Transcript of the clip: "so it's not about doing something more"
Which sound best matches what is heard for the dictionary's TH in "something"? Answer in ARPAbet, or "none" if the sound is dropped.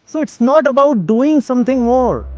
T